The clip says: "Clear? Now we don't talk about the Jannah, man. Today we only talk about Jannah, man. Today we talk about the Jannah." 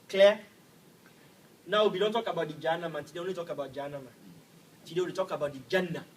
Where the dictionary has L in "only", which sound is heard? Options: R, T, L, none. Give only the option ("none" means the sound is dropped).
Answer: none